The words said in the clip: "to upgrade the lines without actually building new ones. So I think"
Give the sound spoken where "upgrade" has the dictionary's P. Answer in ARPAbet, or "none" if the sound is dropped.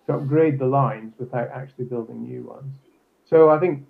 P